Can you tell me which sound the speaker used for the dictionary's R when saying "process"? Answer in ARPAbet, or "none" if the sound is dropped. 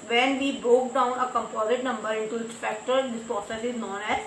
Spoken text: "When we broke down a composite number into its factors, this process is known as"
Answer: none